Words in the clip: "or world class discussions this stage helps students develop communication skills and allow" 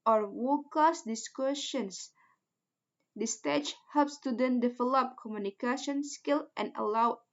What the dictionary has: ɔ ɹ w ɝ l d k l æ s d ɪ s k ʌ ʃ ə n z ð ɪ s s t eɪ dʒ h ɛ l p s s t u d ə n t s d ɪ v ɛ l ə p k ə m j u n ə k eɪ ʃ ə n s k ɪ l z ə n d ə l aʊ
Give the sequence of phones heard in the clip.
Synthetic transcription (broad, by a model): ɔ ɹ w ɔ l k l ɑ s d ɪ s k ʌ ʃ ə n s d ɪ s s t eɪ tʃ h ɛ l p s s t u d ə n d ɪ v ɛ l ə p k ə m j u n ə k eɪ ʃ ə n s k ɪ l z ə n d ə l aʊ